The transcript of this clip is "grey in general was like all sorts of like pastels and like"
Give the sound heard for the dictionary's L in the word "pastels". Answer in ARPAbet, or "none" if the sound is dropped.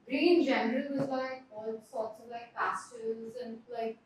none